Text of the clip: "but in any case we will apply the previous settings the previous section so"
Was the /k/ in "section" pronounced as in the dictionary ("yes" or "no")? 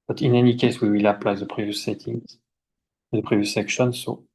yes